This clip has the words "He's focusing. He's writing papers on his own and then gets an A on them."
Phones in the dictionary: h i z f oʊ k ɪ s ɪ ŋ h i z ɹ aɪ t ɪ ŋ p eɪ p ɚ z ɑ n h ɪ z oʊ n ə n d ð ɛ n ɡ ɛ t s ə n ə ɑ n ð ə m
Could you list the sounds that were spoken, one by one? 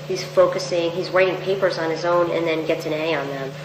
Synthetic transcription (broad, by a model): h i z f oʊ k ɪ s ɪ ŋ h i z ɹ aɪ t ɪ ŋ p eɪ p ɚ z n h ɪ z oʊ n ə n ð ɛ n ɡ ɛ t s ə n ə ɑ n ð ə m